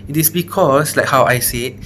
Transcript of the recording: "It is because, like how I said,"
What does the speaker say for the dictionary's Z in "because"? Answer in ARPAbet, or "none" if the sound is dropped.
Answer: S